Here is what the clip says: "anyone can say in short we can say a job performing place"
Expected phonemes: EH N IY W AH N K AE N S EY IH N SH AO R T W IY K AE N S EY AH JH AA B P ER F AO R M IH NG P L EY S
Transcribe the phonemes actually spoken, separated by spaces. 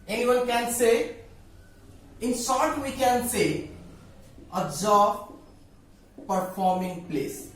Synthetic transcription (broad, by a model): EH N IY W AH N K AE N S EY IH N S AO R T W IY K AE N S EY AH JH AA P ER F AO R M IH NG P L EY S